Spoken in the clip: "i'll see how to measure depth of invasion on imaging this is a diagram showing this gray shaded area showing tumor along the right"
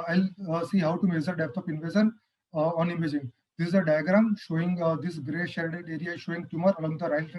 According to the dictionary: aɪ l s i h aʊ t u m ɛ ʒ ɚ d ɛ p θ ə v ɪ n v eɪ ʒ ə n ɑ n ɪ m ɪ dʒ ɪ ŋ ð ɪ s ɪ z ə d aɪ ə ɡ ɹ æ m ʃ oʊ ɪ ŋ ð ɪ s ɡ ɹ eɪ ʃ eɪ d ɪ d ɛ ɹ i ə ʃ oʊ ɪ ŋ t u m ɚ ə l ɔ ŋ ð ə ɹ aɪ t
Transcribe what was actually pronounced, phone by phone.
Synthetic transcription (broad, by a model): aɪ l s i h aʊ t u m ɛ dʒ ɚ d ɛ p t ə p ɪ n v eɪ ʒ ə n ɑ n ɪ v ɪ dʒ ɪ ŋ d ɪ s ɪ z ə d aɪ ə ɡ ɹ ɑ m ʃ oʊ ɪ ŋ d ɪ s ɡ ɹ eɪ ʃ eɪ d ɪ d ɛ ɹ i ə ʃ oʊ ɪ ŋ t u m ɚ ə l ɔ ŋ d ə ɹ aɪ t